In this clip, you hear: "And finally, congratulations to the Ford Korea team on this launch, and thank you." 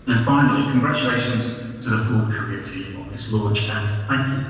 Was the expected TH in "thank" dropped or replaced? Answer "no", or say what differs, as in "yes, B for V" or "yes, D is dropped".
no